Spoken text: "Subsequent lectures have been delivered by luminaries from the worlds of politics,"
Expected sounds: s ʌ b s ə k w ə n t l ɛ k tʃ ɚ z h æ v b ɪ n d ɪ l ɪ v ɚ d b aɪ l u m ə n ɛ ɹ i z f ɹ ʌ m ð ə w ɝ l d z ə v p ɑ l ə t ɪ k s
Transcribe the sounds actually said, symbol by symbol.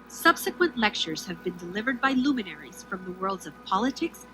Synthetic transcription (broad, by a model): s ʌ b s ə k w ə n t l ɛ k tʃ ɚ z h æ v b ɪ n d ɪ l ɪ v ɚ d b aɪ l u m ə n ɛ ɹ i z f ɹ ʌ m ð ə w ɝ l d z ə v p ɑ l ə t ɪ k s